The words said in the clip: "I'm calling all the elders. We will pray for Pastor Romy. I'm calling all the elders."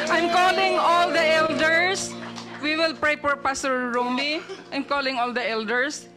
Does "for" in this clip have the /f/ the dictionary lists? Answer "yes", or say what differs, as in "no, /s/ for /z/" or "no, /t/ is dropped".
no, /p/ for /f/